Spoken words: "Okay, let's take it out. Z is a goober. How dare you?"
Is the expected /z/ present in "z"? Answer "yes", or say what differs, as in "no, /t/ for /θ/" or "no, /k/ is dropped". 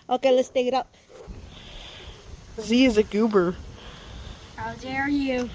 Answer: yes